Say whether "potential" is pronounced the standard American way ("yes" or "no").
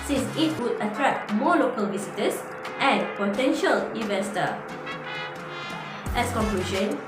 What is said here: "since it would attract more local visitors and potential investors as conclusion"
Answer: yes